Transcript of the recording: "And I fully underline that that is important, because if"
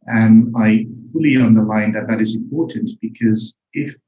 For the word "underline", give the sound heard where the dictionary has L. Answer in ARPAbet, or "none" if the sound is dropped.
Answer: L